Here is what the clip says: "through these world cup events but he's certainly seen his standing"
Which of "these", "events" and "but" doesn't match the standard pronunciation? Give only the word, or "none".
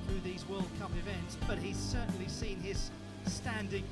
none